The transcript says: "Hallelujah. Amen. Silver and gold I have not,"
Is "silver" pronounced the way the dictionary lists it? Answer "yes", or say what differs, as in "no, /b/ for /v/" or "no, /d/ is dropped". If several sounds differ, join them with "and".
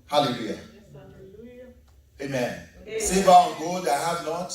no, /l/ is dropped